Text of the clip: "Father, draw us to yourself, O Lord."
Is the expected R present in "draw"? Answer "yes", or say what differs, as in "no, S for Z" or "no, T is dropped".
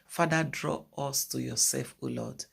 yes